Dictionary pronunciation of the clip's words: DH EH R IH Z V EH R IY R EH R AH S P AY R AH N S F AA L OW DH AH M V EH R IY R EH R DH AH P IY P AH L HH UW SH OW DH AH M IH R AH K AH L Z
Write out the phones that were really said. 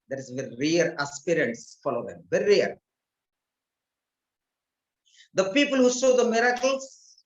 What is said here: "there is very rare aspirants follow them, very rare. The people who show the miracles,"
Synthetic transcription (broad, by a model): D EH R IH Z V EH R IY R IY R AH S P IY R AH N S F AA L OW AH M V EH R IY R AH R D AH P IY P AH L HH UW S OW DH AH M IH R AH K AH L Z